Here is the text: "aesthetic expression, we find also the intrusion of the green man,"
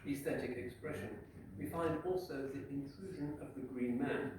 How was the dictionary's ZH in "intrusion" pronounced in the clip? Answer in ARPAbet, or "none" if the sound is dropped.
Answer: ZH